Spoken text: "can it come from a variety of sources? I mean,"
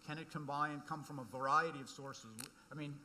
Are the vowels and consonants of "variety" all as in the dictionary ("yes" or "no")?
yes